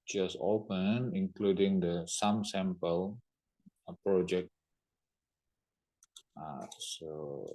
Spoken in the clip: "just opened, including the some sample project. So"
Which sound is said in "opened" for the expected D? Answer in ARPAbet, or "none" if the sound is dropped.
none